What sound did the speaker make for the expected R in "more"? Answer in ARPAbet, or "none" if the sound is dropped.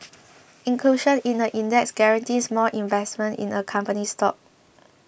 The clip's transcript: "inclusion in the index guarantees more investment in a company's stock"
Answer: L